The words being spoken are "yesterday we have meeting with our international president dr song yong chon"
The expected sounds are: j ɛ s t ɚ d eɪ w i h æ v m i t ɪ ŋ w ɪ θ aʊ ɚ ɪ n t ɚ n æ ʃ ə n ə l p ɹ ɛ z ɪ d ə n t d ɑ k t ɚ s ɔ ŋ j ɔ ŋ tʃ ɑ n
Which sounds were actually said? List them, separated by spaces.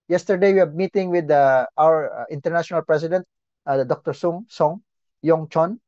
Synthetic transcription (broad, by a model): j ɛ s t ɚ d eɪ w i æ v m i t ɪ ŋ w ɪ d aʊ ɚ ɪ n t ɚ n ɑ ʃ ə n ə l p ɹ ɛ s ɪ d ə n t d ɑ k t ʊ s ɔ ŋ j ɔ ŋ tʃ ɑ n